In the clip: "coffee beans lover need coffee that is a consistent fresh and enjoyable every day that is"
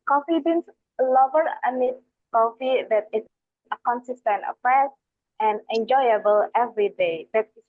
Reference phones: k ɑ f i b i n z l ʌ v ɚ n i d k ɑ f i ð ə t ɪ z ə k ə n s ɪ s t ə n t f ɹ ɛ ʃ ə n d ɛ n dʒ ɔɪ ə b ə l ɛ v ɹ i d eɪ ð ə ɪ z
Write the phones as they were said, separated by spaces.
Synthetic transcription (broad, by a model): k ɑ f i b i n s l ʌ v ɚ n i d k ɑ f i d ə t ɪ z ə k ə n s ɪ s t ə n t p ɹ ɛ s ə n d ɛ n dʒ ɔɪ ə b ə l ɛ v ɹ i d eɪ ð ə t